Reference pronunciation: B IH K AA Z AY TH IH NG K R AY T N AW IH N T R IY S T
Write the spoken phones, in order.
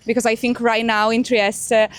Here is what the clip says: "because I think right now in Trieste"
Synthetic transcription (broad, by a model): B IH K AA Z AY TH IH NG K R AY T N AW IH N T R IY S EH